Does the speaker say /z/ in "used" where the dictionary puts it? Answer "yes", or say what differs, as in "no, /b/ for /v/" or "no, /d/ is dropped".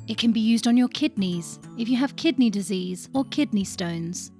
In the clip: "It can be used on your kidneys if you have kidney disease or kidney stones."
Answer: yes